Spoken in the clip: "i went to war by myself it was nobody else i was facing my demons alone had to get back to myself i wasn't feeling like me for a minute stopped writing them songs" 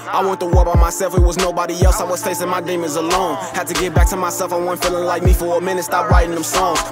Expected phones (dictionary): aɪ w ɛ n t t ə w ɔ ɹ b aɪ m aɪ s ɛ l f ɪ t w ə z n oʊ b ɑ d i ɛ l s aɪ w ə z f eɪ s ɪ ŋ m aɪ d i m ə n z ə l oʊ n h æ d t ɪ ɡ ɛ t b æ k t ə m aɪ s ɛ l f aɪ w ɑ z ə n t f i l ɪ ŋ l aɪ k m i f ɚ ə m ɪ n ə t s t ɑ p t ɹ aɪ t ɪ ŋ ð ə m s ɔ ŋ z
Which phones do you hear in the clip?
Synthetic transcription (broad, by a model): aɪ w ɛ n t t ə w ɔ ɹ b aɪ m aɪ s ɛ l f ɪ t w ə z n oʊ b ɑ d i ɛ l s aɪ w ə z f eɪ s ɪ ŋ m aɪ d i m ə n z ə l oʊ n h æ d t ɪ ɡ ɛ t b æ k t ə m aɪ s ɛ l f aɪ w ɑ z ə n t f i l ɪ ŋ l aɪ k m i f ɚ ə m ɪ n ə t s t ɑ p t ɹ aɪ t ɪ ŋ ð ə m s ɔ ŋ